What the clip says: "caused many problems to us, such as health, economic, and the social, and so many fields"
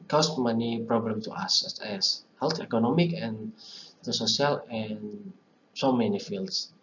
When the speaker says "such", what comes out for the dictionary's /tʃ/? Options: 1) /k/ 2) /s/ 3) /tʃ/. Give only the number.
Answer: 2